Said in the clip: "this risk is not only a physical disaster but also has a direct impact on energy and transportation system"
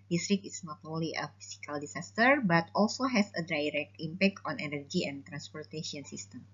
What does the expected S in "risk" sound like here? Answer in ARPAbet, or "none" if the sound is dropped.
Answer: none